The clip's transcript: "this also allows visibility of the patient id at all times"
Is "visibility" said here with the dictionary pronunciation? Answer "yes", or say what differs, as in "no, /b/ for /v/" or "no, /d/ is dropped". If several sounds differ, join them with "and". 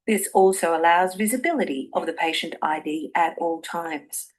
yes